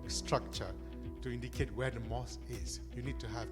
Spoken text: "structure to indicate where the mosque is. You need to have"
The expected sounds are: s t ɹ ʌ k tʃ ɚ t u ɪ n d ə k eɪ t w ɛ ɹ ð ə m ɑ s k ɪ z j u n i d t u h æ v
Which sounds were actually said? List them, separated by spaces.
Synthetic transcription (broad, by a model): s t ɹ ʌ k tʃ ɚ t u ɪ n d ə k eɪ t w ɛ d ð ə m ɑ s ɪ z j u n i d t u h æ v